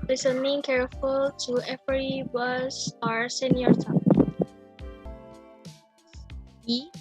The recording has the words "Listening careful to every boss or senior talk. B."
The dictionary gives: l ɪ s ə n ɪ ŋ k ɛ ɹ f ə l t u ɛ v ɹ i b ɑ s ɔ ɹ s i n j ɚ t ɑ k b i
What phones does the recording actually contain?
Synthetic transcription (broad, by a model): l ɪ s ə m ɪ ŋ k ɛ ɹ f ə l t u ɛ f ɹ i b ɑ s ɔ ɹ s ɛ n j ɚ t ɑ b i